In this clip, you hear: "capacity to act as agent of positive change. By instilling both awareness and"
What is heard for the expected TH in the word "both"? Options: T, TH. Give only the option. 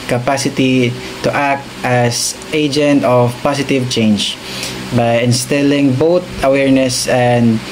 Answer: T